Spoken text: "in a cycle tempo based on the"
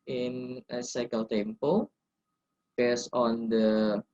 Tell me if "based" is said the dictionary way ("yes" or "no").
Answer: no